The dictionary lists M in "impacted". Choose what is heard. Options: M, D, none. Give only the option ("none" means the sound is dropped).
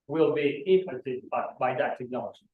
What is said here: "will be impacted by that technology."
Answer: none